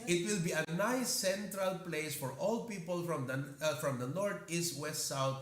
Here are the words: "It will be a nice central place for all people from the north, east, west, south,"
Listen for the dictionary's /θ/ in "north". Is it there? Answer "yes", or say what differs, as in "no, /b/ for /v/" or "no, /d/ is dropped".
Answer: no, /t/ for /θ/